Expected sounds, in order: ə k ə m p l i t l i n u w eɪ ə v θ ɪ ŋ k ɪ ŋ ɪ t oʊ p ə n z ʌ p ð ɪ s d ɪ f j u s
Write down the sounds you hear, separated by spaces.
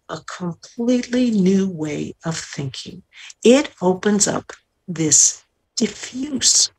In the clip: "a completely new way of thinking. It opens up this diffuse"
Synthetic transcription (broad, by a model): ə k ə m p l i t l i n u w eɪ ə v θ ɪ ŋ k ɪ ŋ ɪ t oʊ p ə n z ʌ p ð ɪ s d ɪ f j u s